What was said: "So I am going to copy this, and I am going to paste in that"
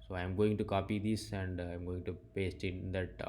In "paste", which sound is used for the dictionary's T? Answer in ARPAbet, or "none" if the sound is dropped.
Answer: T